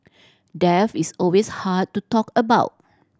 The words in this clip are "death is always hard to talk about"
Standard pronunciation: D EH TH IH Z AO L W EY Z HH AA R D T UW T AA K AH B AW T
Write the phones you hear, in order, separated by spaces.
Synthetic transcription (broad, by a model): D EH F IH S AO L W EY S HH AA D T UW T AA K AH B AW T